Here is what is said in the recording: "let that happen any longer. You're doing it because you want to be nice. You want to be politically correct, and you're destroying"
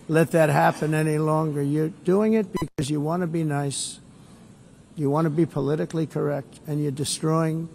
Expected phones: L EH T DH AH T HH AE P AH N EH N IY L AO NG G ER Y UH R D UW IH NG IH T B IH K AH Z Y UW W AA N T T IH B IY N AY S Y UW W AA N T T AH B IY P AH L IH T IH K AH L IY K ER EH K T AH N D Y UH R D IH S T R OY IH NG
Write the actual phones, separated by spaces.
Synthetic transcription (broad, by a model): L EH T DH AH T HH AE P AH N EH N IY L AO NG G ER Y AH R D UW IH NG IH T B IH K AH Z Y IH W AA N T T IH B IY N AY S Y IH W AA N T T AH B IY P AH L IH T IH K L IY K ER EH K T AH N Y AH R D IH S T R OY IH NG